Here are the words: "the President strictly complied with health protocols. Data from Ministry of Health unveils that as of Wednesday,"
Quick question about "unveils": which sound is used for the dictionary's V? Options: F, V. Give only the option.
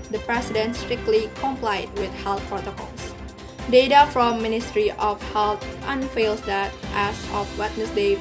F